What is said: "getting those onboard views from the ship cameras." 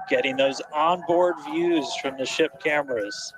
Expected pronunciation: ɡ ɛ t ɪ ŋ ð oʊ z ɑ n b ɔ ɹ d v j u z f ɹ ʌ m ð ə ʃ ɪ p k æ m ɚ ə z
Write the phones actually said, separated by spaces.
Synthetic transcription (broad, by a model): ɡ ɛ t ɪ ŋ ð oʊ z ɑ n b ɔ ɹ d v j u z f ɹ ʌ m ð ə ʃ ɪ p k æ m ɚ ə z